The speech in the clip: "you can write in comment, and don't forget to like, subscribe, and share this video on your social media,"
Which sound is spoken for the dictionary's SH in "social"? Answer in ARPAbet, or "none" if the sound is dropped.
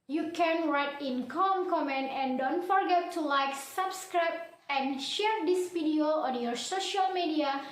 SH